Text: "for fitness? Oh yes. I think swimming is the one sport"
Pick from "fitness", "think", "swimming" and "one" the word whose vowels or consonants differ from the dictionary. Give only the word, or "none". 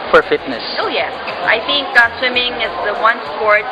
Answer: none